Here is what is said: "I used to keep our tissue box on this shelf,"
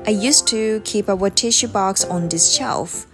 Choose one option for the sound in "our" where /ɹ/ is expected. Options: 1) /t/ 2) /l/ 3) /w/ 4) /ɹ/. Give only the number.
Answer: 3